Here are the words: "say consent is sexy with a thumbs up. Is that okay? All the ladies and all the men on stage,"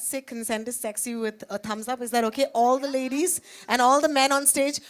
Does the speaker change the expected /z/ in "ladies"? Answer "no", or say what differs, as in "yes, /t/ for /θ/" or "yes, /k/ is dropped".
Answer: no